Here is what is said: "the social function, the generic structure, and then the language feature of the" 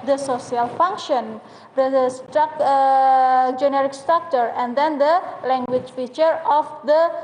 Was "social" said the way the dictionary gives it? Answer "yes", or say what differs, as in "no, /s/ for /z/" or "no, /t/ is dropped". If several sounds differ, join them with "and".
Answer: no, /s/ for /ʃ/